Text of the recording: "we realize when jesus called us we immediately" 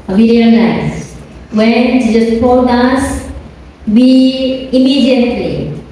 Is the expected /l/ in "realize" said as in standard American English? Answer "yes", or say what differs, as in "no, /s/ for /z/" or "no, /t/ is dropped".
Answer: no, /n/ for /l/